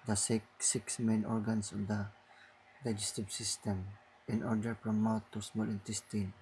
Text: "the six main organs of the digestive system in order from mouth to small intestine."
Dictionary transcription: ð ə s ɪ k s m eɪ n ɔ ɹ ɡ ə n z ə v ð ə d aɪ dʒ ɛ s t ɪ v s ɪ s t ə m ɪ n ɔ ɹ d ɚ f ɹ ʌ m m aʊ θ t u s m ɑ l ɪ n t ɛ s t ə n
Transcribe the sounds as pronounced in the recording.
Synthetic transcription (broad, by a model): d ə s ɪ k s m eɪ n ɔ ɹ ɡ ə n s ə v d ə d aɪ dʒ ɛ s t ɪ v s ɪ s t ə m ɪ n ɔ ɹ d ɚ p ɹ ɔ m m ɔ t u s m ɑ l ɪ n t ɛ s t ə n